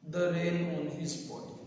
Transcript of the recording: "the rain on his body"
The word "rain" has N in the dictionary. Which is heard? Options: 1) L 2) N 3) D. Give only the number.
1